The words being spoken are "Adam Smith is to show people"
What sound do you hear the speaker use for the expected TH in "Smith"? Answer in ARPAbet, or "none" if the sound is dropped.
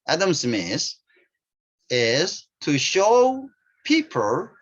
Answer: S